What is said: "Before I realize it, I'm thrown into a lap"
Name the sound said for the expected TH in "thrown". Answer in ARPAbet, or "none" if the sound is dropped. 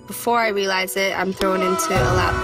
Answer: TH